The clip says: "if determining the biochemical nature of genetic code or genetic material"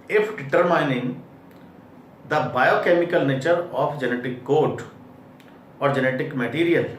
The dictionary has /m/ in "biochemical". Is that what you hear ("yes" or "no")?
yes